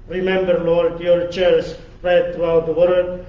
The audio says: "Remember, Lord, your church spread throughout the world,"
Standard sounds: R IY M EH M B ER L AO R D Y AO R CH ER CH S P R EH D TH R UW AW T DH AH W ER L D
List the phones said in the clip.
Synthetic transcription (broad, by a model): R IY M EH M B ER L AO R D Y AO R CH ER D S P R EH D T R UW AW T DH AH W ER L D